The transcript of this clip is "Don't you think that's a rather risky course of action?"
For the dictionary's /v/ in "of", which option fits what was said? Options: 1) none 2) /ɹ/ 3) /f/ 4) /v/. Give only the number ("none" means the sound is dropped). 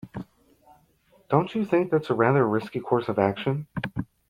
4